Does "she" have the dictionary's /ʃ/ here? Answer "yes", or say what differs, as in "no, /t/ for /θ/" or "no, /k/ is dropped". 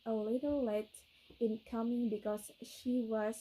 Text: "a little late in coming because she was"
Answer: yes